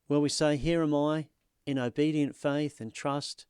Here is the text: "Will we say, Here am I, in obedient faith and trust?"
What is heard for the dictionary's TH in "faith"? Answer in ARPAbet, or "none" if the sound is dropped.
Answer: TH